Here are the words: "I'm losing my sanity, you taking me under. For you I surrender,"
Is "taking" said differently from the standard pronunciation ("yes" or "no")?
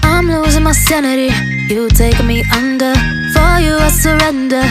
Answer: yes